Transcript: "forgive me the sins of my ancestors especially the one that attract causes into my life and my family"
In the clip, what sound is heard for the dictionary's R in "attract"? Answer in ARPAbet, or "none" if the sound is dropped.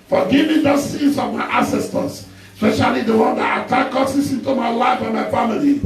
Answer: none